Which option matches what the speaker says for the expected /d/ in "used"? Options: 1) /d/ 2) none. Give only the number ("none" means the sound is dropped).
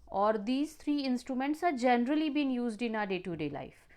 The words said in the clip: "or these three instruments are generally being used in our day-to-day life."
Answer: 1